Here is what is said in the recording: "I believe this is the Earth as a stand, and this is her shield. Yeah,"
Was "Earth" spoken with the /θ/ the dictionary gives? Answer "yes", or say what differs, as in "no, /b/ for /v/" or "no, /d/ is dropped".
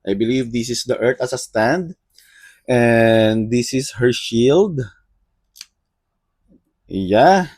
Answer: no, /t/ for /θ/